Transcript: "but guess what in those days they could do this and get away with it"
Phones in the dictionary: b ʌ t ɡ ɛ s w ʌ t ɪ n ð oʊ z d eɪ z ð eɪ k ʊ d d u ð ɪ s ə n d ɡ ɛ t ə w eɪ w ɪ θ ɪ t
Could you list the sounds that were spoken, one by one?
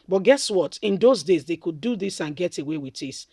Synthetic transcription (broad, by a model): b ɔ t ɡ ɛ s w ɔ t ɪ n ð oʊ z d eɪ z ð eɪ k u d d u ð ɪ s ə n ɡ ɛ t ə w eɪ w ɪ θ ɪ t